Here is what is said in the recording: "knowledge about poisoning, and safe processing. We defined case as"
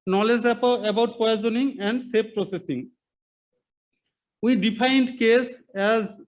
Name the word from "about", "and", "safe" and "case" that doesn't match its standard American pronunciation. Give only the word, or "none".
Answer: safe